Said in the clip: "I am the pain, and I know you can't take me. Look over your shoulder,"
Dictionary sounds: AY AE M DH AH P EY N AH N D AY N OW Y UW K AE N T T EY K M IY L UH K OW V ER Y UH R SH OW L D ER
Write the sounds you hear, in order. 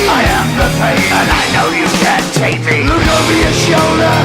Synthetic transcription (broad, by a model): AY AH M DH AH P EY AH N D AY N OW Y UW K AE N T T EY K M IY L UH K OW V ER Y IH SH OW L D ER